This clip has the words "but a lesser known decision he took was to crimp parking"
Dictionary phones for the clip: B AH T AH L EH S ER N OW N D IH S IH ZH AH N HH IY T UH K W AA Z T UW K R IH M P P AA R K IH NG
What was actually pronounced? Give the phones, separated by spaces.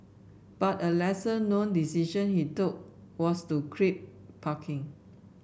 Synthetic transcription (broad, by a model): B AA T AH L EH S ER N OW N D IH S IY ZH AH N HH IY T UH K W AA S T UW K R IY P P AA K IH NG